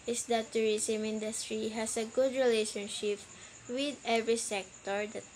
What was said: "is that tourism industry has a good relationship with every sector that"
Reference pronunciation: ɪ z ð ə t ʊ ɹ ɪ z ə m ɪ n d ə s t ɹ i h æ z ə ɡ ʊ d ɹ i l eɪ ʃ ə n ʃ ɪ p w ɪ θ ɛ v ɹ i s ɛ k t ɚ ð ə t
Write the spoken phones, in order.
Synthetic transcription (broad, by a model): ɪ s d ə t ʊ ɹ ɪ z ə m ɪ n d ə s t ɹ i h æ s ə ɡ ʊ d ɹ i l eɪ ʃ ə n ʃ ɪ p w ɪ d ɛ v ɹ i s ɛ k t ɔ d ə t